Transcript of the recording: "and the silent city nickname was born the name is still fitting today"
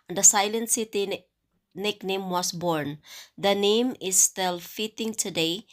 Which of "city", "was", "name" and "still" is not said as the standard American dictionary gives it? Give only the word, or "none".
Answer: was